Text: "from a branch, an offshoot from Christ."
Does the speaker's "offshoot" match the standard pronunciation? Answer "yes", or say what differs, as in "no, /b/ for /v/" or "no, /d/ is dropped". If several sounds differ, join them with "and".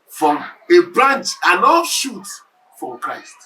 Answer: no, /f/ is dropped